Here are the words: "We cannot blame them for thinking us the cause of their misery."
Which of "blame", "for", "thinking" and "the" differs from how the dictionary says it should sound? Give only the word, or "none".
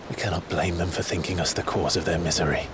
none